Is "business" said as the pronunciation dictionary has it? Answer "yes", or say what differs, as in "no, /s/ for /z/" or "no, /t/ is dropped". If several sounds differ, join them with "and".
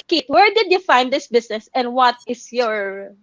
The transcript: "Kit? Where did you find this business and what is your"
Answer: no, /s/ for /z/